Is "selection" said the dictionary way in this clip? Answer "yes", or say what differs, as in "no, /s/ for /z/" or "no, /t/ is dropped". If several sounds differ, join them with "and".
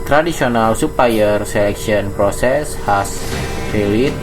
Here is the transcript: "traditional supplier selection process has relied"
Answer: no, /s/ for /ʃ/